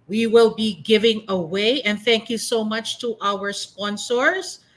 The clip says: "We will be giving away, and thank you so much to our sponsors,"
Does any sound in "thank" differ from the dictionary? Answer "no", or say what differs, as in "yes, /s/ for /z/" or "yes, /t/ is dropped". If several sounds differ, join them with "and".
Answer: no